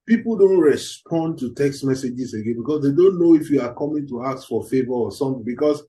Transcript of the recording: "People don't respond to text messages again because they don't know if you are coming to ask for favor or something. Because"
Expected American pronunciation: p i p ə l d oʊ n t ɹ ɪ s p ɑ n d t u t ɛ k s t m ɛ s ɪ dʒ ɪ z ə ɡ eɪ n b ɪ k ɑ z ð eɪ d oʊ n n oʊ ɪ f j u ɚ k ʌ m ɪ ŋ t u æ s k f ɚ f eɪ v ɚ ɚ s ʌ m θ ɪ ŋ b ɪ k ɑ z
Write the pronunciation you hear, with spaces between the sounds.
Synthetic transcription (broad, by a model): p i p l d oʊ n t ɹ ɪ s p ɑ n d t u t ɛ k s t m ɛ s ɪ dʒ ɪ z ə ɡ eɪ n b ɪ k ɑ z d eɪ d oʊ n n oʊ ɪ f j u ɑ k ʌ m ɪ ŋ t u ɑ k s f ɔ f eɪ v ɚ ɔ s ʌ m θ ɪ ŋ b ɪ k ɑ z